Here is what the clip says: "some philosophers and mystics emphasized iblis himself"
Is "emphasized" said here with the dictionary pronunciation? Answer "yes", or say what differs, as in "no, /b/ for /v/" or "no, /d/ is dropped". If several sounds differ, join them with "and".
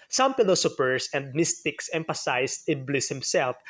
no, /s/ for /z/